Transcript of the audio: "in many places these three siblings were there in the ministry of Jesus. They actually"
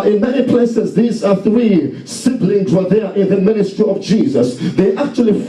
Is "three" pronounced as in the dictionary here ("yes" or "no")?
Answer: yes